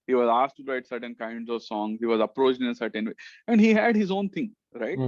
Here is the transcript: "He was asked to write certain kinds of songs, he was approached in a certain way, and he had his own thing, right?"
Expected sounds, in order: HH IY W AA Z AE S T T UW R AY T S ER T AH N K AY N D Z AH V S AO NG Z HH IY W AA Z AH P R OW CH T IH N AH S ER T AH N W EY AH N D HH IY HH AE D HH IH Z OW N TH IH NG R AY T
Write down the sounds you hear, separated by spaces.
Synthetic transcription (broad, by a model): HH IY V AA Z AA S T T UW R AY T S ER T AH N K AY N D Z AH V S AO NG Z HH IY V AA Z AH P R OW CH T IH N S ER T AH N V EY AH N D HH IY HH AE D HH IH Z OW N T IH NG R AY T